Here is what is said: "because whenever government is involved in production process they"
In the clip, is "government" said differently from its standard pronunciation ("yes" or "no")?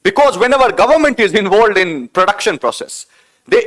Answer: no